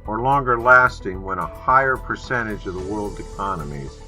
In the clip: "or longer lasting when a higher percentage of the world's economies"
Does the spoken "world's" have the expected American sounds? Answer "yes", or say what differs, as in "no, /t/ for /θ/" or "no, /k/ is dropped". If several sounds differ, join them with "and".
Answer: no, /z/ is dropped